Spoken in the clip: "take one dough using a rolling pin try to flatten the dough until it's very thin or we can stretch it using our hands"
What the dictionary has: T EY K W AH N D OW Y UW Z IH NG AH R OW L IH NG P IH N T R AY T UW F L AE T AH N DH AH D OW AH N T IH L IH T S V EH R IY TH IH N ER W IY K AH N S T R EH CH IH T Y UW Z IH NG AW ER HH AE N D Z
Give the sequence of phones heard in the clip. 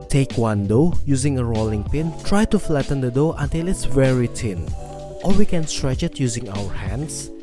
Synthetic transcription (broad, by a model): T EY K W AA N D OW Y UW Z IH NG AH R OW L IH NG P IH N T R AY T UW F L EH T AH N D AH D OW AH N T IH L IH T S V EH R IY T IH N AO W IY K AH N S T R EH CH IH T Y UW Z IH NG AW ER HH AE N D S